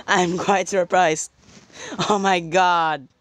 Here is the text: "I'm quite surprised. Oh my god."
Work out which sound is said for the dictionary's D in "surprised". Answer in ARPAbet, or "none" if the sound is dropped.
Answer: none